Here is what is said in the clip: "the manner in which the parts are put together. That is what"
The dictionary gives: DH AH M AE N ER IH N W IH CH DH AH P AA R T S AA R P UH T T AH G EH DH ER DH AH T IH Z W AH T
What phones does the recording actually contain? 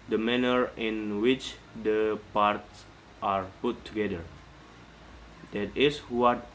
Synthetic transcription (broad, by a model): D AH M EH N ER IH N W IH CH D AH P AA R T S AA R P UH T T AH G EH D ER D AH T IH S W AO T